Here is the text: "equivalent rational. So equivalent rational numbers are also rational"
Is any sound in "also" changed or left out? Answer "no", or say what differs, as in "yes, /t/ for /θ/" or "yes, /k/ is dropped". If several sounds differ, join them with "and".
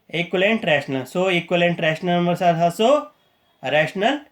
yes, /l/ is dropped